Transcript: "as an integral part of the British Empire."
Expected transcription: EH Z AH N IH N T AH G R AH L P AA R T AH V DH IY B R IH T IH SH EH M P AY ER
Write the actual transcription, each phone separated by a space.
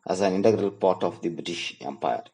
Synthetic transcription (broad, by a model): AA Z AH N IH N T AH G R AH L P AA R T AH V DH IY B R IH T IH SH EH M P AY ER